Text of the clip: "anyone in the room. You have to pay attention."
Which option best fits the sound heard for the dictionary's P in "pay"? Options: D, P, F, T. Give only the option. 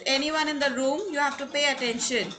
P